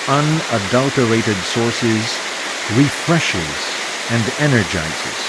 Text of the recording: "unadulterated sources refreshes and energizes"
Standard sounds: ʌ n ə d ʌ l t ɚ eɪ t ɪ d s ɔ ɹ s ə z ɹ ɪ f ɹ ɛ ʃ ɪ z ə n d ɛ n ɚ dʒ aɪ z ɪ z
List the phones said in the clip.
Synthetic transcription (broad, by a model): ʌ n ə d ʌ l t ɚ eɪ t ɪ d s ɔ ɹ s ə z ɹ ɪ f ɹ ɛ ʃ ɪ z ə n d ɛ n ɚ dʒ aɪ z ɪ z